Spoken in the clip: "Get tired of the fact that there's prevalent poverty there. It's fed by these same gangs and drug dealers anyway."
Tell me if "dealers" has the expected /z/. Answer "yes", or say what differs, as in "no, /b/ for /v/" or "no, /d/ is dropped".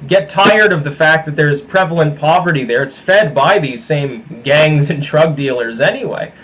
yes